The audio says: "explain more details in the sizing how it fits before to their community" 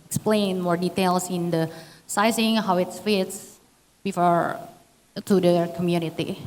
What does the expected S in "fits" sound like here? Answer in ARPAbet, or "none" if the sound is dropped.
S